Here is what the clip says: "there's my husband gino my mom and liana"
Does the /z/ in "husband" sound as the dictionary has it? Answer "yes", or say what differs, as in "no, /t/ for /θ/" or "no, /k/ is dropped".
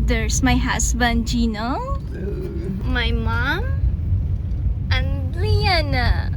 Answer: no, /s/ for /z/